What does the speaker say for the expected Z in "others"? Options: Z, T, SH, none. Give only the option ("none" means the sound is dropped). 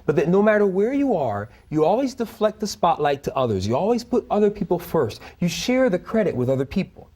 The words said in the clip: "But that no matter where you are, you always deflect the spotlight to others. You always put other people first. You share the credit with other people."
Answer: Z